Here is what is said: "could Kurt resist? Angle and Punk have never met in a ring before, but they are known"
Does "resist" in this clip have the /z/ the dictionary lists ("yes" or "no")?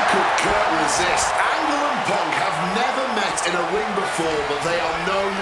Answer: yes